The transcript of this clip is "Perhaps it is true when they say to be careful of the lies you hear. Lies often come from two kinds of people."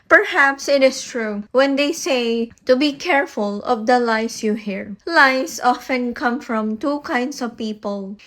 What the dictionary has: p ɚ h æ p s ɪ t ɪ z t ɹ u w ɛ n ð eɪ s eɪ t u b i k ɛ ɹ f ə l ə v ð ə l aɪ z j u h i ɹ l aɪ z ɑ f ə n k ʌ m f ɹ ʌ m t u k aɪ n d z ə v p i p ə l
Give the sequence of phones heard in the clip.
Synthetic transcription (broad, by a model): p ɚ h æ p s ɪ t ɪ s t ɹ u w ɛ n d eɪ s eɪ t u b i k ɛ ɹ f ə l ə v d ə l aɪ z j u h i ɹ l aɪ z ɑ f ə n k ʌ m f ɹ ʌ m t u k aɪ n d s ə v p i p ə l